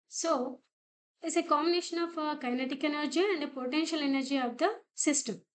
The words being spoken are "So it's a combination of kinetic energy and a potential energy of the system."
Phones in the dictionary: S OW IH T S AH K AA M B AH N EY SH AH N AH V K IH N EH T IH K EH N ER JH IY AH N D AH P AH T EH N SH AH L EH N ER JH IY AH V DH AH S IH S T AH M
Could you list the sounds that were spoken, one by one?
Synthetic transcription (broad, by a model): S OW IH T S AH K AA M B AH N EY SH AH N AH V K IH N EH T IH K EH N ER JH IY AH N D AH P AH T EH N SH AH L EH N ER JH IY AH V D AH S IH S T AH M